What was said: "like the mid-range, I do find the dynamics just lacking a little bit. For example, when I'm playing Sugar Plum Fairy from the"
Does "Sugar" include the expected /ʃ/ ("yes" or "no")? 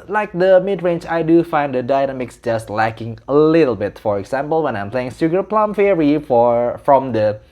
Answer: no